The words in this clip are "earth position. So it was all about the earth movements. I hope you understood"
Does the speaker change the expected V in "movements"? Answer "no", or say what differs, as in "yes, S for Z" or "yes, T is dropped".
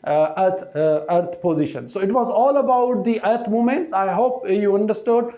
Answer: yes, V is dropped